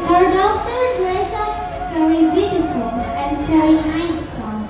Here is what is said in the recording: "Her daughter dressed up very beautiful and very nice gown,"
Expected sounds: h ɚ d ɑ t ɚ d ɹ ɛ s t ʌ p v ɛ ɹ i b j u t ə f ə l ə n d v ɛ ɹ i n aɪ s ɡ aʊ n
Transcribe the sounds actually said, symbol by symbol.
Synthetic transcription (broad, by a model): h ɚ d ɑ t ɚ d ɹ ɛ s ʌ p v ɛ ɹ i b j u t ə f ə l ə n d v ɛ ɹ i n aɪ s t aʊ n